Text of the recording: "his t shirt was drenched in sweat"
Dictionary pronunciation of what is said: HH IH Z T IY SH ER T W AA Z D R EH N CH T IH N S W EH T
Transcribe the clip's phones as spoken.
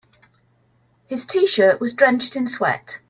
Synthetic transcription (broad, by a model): HH IH Z T IY SH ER T W AA Z D R EH N CH T IH N S W EH T